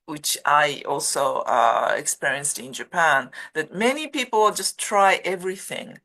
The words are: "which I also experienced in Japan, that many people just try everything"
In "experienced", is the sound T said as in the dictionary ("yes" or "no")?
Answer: yes